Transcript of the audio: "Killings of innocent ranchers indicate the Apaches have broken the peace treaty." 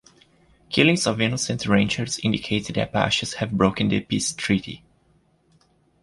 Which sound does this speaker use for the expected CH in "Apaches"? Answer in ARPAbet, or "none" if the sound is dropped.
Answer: SH